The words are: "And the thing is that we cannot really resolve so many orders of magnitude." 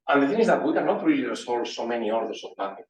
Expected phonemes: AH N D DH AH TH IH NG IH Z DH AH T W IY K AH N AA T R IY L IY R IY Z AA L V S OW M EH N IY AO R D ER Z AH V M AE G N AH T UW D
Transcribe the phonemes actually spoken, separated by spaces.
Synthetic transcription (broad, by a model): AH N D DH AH TH IH NG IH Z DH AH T W IY K AH N AA T R IY L IY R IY S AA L S OW M EH N IY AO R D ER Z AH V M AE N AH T